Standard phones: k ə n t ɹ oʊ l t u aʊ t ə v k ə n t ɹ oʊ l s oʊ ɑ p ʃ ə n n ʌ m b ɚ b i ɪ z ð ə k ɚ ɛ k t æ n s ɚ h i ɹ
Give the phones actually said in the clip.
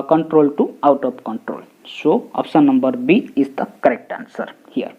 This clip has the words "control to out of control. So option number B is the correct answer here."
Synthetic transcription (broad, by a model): k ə n t ɹ oʊ l t u aʊ t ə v k ə n t ɹ oʊ l s oʊ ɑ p s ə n n ʌ m b ɚ b i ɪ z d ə k ɚ ɛ k t æ n s ɚ h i ɹ